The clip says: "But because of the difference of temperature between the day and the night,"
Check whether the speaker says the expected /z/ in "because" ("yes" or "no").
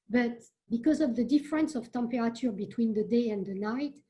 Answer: yes